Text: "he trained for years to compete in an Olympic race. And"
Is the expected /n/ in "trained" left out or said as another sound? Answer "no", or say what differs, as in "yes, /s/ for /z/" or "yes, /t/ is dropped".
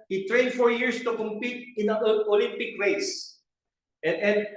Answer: no